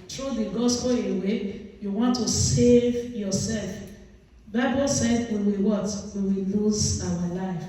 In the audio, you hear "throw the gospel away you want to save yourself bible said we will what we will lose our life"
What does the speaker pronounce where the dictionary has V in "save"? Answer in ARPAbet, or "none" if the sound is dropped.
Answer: V